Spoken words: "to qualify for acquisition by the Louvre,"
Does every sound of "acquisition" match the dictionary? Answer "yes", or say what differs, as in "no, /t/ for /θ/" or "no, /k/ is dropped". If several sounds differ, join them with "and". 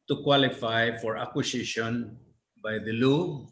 no, /s/ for /z/